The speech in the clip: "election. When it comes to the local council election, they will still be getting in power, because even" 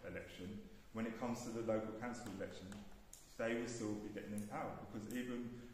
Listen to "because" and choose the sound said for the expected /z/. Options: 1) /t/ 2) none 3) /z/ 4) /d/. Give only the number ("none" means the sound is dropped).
3